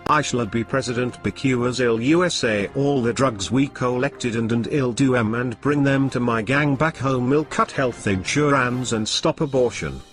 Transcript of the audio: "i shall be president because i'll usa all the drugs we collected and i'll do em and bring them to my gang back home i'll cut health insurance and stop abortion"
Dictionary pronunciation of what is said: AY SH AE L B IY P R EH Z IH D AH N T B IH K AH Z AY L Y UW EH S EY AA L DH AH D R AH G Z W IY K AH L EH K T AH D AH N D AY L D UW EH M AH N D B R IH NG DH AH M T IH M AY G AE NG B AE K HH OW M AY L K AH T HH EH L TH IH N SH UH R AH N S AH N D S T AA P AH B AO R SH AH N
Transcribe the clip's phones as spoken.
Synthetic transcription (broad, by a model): AY SH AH L B IY P R EH Z IH D AH N T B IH K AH Z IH L Y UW EH S EY AA L DH AH D R AH G Z W IY K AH L EH K T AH D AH N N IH L D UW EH M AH N B R IH NG DH AH M T IH M AY G AE NG B AE K HH OW M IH L K AH T HH EH L TH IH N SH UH R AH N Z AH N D S T AA P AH B AO R SH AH N